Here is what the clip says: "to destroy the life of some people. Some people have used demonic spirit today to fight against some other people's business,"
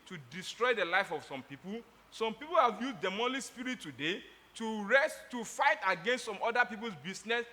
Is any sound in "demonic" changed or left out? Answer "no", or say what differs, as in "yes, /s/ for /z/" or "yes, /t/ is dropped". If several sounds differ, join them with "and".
yes, /l/ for /n/